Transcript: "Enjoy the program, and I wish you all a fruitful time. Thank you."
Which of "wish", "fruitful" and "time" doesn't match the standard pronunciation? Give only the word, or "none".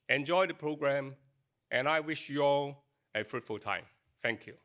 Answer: none